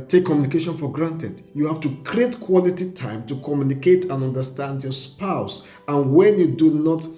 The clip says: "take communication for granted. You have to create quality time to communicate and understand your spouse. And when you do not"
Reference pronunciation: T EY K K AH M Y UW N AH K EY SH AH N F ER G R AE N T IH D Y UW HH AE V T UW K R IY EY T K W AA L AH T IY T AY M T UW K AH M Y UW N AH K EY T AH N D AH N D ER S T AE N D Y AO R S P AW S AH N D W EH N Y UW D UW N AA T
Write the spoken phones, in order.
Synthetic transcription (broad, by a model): T EY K K AH M Y UW N AH K EY SH AH N F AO G R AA N T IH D Y UW HH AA F T UW K R IY EY T K W AA L AH T IY T AY M T UW K AH M Y UW N AH K EY T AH N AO N D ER S T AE N D Y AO S P AW S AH N W EH N Y UW D UW N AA T